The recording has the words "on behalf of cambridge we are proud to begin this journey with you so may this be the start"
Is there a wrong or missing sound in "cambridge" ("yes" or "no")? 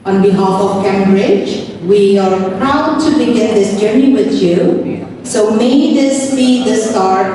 no